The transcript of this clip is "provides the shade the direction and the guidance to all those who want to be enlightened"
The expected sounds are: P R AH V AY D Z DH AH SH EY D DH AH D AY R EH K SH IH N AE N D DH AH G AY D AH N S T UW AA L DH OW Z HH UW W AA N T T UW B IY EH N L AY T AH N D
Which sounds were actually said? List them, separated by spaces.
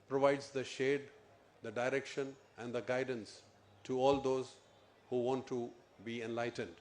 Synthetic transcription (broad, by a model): P R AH V AY D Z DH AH SH EY D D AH D AY R EH K SH IH N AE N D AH G AY D AH N S T UW AA L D OW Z HH UW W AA N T T UW B IY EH N L AY T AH N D